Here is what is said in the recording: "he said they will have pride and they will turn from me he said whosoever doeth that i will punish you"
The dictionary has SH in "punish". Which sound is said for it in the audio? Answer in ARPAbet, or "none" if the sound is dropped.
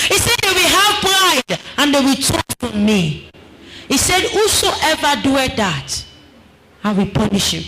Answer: SH